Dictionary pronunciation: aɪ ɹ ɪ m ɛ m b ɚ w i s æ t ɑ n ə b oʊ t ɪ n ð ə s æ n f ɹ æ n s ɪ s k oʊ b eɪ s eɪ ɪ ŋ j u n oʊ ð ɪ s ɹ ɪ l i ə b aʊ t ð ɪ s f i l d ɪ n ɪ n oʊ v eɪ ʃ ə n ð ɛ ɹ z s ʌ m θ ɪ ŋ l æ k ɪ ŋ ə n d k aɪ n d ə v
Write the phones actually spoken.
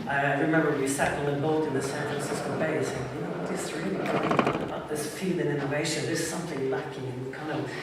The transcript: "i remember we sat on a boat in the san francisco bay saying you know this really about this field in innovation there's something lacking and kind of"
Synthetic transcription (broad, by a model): aɪ ɹ ɪ m ɛ m b ɚ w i s æ t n ə b oʊ t ɪ n ð ə s æ n f ɹ æ n s ɪ s k oʊ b eɪ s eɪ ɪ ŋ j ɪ n oʊ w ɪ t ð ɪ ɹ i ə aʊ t ð ɪ s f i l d ɪ n ɪ n oʊ v eɪ ʃ ə n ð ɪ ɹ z s ʌ m θ ɪ ŋ l æ k ɪ ŋ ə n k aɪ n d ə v